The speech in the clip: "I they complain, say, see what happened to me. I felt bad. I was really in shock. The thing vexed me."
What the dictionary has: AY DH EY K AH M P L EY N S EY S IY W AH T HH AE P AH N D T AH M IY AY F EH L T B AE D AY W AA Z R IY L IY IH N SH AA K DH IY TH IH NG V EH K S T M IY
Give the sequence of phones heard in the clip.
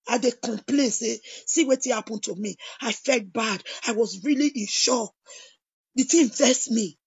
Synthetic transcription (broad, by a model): AY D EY K AH M P L EY N S EY S IY W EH T HH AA P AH N T AH M IY AY F EH L T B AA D AY W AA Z R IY L IY IH N SH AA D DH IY T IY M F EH S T M IY